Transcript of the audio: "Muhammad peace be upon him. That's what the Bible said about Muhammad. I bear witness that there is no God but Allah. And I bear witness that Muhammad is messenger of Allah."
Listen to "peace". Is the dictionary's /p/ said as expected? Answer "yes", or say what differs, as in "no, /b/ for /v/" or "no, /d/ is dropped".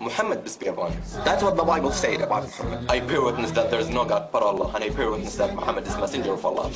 no, /b/ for /p/